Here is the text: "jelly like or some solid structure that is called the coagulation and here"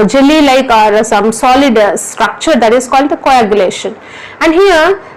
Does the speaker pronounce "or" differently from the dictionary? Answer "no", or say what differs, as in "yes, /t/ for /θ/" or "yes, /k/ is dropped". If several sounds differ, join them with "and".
no